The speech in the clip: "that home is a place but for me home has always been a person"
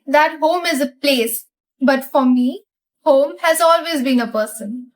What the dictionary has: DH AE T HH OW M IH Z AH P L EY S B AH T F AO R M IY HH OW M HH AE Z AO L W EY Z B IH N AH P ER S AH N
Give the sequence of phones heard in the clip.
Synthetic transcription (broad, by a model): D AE T HH OW M IH Z AH P L EY S B AH T F AO R M IY HH OW M HH AE Z AO L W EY Z B IH N AH P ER S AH N